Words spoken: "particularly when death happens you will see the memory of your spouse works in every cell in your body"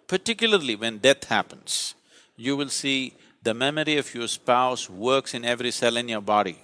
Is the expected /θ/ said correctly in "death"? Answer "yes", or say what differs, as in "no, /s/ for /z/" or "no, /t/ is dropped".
no, /t/ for /θ/